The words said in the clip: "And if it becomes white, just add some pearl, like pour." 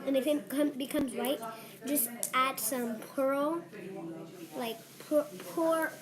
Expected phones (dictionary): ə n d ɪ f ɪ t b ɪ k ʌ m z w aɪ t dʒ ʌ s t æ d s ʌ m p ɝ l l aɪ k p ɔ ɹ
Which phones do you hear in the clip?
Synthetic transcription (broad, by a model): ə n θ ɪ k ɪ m b ɪ k ʌ m z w aɪ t dʒ ʌ s t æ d s ʌ m p ɝ l l aɪ k p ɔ ɹ